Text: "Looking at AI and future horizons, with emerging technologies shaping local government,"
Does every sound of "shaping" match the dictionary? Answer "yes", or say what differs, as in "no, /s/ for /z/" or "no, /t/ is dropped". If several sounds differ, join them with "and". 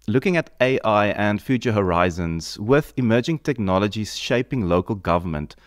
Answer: yes